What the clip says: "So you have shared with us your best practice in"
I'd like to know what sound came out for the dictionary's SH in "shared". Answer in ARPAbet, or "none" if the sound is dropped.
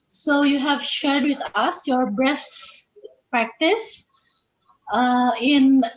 SH